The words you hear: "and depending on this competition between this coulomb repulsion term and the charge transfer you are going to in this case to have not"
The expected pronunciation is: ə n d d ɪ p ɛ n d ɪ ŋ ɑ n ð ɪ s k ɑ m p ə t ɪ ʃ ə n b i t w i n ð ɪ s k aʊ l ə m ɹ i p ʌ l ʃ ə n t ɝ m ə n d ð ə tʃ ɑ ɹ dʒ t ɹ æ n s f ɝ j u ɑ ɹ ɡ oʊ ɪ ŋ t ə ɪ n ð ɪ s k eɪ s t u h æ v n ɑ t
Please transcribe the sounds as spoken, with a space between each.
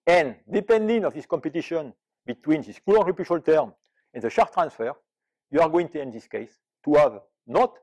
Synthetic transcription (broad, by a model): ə n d d ɪ p ɛ n d ɪ ŋ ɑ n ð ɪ s k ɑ m p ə t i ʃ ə n b i t w i n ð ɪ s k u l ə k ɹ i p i ʃ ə l t ɝ m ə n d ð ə ʃ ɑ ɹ t ɹ æ n s f ɝ j u ɑ ɹ ɡ oʊ ɪ ŋ t ə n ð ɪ s k eɪ s t u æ v n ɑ t